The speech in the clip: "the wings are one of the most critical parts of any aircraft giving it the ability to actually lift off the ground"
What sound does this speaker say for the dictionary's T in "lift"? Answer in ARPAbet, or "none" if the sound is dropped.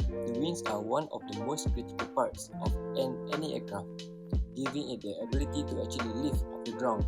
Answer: none